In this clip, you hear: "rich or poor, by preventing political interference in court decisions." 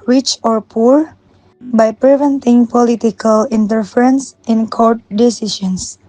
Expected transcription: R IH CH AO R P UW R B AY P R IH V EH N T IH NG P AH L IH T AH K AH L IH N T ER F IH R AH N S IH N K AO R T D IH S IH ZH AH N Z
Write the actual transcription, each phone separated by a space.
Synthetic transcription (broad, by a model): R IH CH AO R P UW R B AY P R IH V EH N T IH NG P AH L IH T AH K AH L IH N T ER F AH R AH N S IH N K AO R T D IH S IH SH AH N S